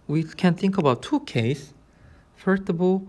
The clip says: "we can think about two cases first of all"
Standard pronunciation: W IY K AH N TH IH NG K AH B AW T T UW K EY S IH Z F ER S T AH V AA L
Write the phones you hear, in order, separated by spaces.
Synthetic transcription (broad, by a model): W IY K AH N TH IH NG K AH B AW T T UW K EY IH S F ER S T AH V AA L